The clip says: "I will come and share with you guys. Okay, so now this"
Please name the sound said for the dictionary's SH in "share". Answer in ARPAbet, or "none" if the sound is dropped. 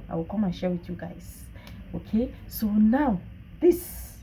SH